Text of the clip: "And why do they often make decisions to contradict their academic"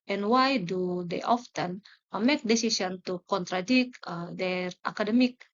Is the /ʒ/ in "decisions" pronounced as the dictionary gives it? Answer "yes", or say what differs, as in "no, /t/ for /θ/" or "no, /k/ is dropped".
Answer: no, /s/ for /ʒ/